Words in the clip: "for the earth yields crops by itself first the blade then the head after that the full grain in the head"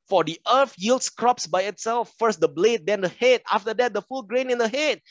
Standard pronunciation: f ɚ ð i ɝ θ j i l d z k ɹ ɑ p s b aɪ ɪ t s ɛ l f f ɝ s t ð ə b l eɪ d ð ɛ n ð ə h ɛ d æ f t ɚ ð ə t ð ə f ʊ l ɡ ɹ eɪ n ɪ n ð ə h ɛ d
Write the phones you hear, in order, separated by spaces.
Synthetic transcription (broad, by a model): f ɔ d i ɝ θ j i l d s k ɹ ɑ p s b aɪ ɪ t s ɛ l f f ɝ s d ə b l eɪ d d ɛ n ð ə h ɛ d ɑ f t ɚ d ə t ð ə f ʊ l ɡ ɹ eɪ n ɪ n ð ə h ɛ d